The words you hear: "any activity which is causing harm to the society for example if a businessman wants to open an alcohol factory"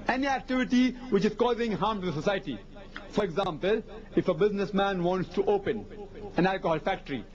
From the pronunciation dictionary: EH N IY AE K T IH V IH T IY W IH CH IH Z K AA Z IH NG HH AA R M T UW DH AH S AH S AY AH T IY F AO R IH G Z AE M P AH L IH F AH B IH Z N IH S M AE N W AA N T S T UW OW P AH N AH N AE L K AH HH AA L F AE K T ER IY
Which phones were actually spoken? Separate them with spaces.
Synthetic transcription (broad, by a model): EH N IY AE K T IH V IH T IY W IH CH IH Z K AA Z IH NG HH AA R M T UW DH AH S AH S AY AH T IY F AO R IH G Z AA M P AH L IH F AH B IH Z N IH S M AE N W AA N T S T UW OW P AH N AH N AE L K AH HH AA L F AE K T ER IY